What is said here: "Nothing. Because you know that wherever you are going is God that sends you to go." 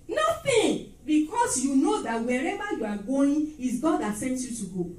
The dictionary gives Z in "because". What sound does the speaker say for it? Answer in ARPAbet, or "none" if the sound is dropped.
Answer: S